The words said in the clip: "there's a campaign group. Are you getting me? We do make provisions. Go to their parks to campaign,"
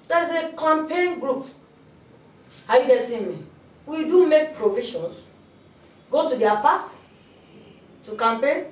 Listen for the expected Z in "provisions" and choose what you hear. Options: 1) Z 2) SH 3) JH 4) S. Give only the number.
4